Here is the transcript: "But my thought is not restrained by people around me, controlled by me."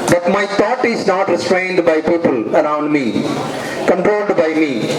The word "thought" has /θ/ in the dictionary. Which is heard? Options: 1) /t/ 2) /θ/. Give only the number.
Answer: 1